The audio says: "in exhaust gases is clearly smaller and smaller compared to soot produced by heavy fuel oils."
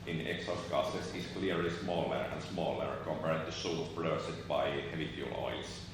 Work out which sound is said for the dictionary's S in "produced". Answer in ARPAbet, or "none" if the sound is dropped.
none